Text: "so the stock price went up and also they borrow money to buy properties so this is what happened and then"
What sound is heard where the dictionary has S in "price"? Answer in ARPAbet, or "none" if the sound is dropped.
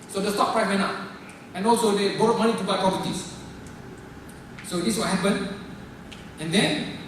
none